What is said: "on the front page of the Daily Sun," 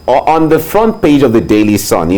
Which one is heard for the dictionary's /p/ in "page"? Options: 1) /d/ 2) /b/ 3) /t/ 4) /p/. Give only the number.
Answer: 4